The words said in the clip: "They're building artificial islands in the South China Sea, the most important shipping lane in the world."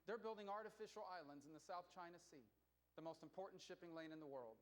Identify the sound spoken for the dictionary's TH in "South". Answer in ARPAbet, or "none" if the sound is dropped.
TH